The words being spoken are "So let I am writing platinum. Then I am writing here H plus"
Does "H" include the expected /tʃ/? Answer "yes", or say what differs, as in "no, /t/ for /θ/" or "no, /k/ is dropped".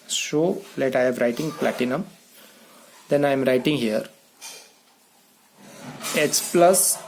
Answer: no, /s/ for /tʃ/